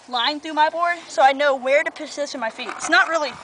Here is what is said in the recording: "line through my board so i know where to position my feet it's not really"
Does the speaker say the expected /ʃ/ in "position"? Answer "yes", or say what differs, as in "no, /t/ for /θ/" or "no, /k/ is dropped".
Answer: no, /s/ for /ʃ/